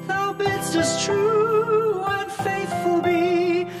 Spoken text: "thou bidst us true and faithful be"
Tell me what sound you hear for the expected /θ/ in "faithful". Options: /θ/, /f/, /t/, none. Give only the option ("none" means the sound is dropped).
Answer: /θ/